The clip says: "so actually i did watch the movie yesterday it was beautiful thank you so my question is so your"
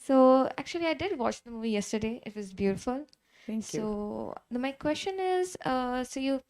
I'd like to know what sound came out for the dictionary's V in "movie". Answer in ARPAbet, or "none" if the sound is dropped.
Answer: V